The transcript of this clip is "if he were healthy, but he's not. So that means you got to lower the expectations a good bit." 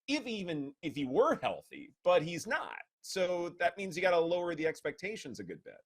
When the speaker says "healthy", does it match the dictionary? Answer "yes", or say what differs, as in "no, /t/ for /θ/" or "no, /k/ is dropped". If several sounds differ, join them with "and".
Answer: yes